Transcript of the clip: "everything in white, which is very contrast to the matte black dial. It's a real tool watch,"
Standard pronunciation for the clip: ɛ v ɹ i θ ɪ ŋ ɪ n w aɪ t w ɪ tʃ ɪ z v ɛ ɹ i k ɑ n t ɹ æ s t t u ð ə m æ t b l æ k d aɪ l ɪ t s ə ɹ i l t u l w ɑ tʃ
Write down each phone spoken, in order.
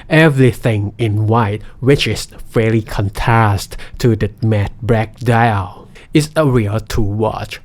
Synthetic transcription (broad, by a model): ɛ v ɹ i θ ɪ ŋ ɪ n w aɪ t w ɪ tʃ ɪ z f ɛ l i k ɑ n t ɹ æ s t t u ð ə m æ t b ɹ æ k d aɪ l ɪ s ə ɹ i l t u w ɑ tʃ